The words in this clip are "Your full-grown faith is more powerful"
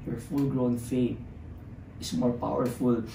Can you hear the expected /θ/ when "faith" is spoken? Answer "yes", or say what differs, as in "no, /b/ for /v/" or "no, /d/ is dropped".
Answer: no, /t/ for /θ/